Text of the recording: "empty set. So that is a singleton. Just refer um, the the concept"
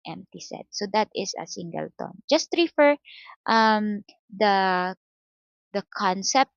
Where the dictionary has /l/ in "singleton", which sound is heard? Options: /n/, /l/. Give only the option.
/l/